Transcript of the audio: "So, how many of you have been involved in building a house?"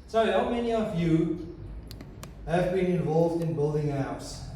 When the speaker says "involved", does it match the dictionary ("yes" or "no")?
yes